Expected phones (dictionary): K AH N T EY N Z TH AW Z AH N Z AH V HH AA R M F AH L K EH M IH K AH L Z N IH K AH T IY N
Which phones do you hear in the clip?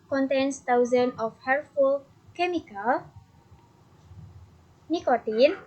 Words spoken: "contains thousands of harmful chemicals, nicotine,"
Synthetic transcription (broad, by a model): K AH N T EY N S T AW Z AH N AH F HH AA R F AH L K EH M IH K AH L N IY K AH T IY N